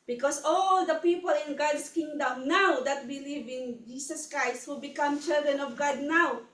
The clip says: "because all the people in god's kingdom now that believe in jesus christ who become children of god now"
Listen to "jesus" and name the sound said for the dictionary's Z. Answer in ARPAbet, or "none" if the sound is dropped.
S